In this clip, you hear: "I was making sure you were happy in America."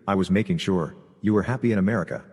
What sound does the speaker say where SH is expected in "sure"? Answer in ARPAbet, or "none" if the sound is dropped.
SH